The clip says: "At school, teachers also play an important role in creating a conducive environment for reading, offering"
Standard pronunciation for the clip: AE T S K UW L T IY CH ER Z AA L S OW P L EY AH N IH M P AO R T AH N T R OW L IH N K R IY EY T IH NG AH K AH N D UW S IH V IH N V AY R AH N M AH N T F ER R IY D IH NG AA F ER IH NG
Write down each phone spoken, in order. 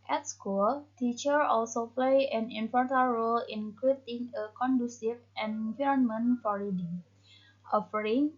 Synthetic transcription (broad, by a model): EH T S K UW L T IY CH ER AA L S OW P L EY AH N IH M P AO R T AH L R OW L IH N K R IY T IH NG AH K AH N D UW S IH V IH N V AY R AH N M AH N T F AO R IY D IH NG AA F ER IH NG